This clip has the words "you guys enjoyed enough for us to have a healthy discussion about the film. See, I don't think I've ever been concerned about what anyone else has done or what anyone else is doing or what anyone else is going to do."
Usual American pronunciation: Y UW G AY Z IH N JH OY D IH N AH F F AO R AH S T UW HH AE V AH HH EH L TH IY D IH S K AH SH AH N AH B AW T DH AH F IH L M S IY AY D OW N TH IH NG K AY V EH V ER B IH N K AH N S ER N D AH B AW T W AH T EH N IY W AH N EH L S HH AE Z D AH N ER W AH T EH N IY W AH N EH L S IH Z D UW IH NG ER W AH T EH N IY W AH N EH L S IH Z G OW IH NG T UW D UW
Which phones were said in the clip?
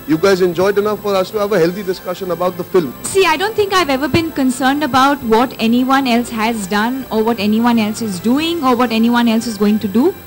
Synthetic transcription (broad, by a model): Y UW G AY Z IH N JH OY D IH N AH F F AO R AH S T UW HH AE V AH HH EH L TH IY D IH S K AH SH AH N AH B AW T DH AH F IH L M S IY AY D OW N T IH NG K AY V EH V ER B IH N K AH N S ER N D AH B AW T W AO T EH N IY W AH N EH L S HH AE Z D AH N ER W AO T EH N IY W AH N EH L S IH Z D UW IH NG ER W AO T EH N IY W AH N EH L S IH Z G OW IH NG T UW D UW